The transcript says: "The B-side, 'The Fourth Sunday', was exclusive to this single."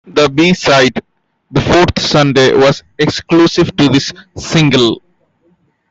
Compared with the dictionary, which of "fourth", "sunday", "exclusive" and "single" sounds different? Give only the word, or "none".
fourth